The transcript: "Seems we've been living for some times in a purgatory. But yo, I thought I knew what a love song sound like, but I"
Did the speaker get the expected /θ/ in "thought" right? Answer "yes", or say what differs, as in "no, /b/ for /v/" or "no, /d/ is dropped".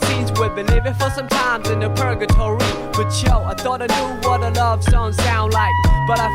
yes